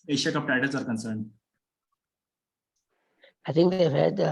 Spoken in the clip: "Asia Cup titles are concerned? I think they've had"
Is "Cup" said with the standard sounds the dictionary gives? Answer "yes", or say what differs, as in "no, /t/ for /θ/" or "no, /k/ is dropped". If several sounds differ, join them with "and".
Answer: no, /f/ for /p/